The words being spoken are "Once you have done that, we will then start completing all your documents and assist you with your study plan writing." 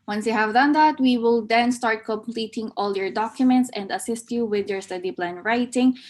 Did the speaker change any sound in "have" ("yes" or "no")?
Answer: no